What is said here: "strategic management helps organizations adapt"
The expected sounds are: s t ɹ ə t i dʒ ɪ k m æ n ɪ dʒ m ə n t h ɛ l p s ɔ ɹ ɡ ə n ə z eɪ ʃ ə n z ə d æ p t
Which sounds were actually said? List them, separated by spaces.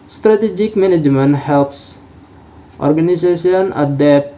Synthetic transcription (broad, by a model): s t ɹ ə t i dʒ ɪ k m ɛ n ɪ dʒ m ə n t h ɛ l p s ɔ ɹ ɡ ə n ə s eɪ s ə n ə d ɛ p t